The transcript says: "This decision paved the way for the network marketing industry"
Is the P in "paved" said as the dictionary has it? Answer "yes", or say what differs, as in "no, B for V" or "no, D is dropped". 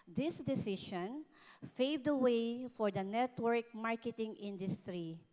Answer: no, F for P